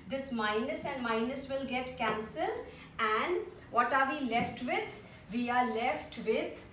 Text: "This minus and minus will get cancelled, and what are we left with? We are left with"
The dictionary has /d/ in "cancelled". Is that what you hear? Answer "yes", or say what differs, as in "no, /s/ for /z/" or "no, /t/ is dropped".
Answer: yes